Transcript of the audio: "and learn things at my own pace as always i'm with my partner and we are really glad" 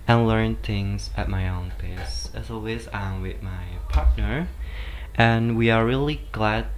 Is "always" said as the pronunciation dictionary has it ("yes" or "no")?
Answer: yes